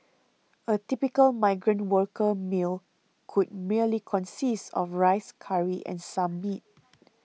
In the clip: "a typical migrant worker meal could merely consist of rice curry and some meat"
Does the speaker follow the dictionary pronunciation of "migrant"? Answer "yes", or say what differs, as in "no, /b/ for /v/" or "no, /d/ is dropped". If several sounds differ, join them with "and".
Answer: yes